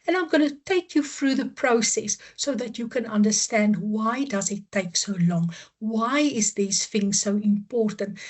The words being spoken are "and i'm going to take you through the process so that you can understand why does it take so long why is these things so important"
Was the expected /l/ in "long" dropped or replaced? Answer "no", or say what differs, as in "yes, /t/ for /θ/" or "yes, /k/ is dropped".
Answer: no